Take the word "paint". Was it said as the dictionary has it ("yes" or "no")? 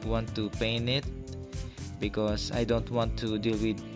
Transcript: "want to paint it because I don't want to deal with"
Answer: no